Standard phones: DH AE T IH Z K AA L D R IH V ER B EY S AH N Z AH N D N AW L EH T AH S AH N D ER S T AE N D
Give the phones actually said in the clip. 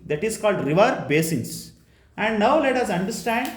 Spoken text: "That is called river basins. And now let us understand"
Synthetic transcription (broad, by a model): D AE T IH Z K AA L D R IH V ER B EY S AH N S AH N D N AW L EH T AH S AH N D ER S T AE N D